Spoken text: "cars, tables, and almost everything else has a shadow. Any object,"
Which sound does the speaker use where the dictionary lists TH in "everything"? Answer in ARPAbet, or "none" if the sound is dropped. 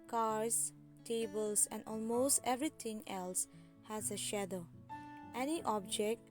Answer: T